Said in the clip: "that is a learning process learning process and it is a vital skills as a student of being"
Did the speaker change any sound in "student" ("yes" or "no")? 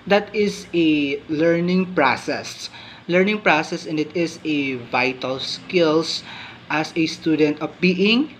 no